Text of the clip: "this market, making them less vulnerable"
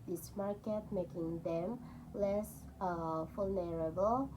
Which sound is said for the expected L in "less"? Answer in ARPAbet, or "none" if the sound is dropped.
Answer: L